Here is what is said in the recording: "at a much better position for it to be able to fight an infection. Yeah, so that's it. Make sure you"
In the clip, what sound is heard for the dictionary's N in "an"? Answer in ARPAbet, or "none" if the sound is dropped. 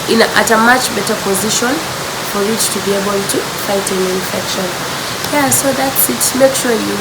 L